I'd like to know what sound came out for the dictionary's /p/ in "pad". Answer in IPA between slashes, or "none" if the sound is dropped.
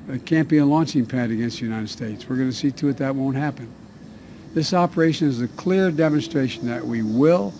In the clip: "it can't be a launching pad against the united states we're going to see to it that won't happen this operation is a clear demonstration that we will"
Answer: /p/